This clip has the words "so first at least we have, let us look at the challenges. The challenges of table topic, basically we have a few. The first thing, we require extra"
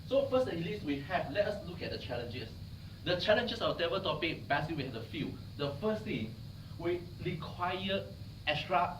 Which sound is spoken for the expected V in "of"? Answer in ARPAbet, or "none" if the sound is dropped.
W